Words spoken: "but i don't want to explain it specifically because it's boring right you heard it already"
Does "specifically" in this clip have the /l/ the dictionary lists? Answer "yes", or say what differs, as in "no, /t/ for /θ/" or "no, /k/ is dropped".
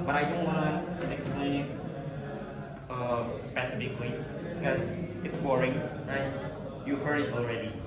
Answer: no, /w/ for /l/